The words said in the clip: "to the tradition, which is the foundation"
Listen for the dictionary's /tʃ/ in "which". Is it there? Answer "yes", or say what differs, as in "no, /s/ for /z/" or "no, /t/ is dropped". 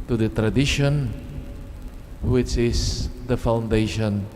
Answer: yes